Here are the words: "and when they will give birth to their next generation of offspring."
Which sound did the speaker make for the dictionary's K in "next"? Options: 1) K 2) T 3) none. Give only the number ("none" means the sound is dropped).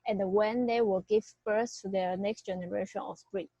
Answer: 1